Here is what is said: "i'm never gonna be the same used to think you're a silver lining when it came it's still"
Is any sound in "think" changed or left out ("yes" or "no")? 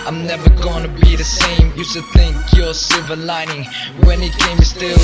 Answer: no